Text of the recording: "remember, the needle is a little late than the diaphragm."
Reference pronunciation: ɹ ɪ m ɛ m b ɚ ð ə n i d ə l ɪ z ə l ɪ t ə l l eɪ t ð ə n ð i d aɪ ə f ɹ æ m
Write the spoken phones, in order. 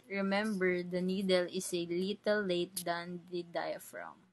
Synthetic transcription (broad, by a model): ɹ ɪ m ɛ m b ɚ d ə n i d ə l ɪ s ə l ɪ t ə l l eɪ t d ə n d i d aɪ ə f ɹ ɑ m